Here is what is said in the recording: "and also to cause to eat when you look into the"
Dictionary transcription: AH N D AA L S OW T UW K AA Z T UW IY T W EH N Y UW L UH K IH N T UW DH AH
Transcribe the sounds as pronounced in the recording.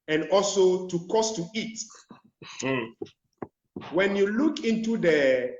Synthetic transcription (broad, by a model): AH N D AA L S OW T UW K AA S T UW IY T W EH N Y UW L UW K IH N T UW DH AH